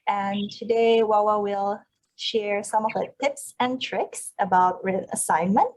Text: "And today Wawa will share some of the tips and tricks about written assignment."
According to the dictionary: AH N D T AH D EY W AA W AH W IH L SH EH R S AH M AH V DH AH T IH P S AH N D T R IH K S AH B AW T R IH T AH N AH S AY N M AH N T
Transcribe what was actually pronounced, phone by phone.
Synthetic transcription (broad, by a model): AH N T AH D EY W AA W AH W IH L SH EH R S AH M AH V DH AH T IH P S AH N T R IH K S AH B AW T R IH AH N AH S AY N M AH N T